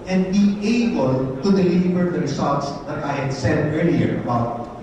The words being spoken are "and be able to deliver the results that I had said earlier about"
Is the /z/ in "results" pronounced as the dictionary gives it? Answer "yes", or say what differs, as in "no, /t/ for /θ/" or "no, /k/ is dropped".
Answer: no, /s/ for /z/